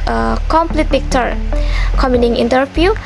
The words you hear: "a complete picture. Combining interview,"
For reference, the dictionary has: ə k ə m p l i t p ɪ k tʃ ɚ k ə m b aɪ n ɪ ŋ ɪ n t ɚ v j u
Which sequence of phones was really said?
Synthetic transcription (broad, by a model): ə k ə m p l i t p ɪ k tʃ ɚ k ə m i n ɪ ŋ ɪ n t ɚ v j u